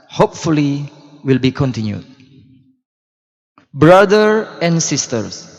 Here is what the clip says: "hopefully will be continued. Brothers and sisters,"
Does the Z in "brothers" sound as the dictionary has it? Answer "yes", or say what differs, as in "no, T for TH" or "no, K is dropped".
no, Z is dropped